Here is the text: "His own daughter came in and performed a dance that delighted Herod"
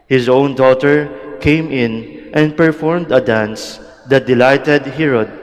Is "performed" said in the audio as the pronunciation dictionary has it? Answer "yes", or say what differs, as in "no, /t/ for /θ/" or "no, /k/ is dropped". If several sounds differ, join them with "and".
yes